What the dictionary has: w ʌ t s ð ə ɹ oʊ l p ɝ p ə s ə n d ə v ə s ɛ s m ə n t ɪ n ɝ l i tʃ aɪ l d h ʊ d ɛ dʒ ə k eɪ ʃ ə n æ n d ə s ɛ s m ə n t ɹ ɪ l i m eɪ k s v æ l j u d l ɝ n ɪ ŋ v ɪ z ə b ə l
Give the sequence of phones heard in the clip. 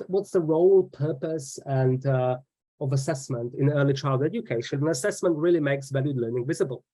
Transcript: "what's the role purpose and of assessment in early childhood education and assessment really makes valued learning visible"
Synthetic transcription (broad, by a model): w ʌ t s ð ə ɹ oʊ l p ɝ p ə s ə n d ə v ə s ɛ s m ə n t ɪ n ɝ l i tʃ aɪ l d d ɛ dʒ ə k eɪ ʃ ə n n ə s ɛ s m ə n t ɹ ɪ l i m eɪ k s v æ l j u d l ɝ n ɪ ŋ v ɪ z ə b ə l